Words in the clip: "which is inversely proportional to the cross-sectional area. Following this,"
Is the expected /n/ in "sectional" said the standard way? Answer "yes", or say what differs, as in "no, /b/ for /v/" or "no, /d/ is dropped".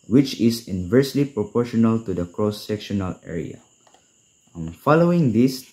yes